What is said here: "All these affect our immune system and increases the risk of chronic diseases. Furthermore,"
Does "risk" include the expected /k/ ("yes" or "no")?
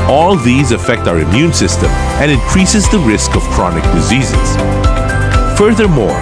yes